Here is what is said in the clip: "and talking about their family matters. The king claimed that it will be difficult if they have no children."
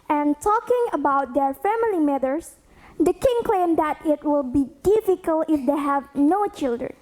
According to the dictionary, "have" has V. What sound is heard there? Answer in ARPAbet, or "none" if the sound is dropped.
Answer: V